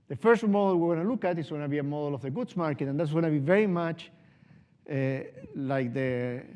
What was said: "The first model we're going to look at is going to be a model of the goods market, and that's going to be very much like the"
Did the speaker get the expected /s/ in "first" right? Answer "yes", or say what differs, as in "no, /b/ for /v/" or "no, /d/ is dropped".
yes